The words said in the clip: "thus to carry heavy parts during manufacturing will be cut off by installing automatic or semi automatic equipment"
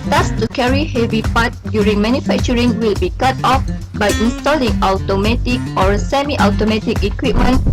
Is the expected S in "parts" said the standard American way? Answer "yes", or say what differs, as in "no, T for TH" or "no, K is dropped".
no, S is dropped